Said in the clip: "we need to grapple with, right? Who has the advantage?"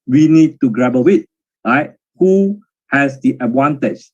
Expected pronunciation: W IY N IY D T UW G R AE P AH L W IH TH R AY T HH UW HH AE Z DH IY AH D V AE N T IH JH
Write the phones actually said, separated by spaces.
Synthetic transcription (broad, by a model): W IY N IY D T UW G R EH B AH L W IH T R AY T HH UW HH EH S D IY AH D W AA N T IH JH